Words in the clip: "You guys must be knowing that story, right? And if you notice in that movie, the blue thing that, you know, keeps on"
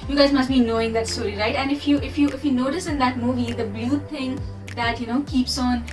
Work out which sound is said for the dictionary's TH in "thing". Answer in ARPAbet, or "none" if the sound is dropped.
T